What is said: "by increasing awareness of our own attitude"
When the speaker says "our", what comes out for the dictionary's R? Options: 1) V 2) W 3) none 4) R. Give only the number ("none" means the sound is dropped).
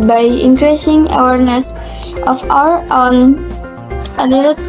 4